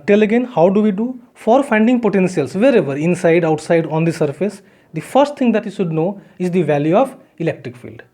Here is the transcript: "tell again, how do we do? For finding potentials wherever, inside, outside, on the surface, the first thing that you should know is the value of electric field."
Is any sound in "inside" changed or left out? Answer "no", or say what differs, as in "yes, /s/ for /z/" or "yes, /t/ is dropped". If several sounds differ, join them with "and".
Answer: no